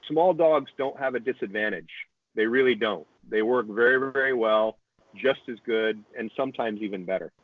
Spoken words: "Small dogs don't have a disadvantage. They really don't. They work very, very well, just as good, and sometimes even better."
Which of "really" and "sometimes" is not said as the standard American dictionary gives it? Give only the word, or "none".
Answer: none